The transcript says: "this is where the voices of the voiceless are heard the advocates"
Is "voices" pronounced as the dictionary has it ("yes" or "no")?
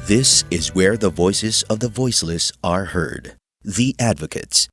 yes